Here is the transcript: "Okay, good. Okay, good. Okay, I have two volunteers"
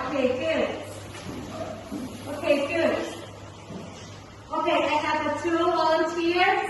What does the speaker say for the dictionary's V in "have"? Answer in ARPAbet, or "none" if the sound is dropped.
F